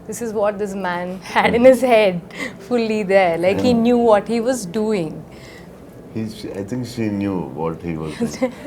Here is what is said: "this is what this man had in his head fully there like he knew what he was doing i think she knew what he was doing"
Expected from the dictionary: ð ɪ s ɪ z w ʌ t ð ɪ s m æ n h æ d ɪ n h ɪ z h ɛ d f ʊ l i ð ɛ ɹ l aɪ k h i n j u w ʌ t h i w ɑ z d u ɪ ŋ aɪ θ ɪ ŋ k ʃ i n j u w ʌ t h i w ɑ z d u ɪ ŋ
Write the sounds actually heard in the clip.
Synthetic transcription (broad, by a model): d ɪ s ɪ z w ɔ t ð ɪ s m æ n h æ d ɪ n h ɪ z h ɛ d f ʊ l i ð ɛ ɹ l aɪ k h i n j u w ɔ t h i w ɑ z d u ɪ ŋ aɪ t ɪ ŋ k ʃ i n j u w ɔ t h i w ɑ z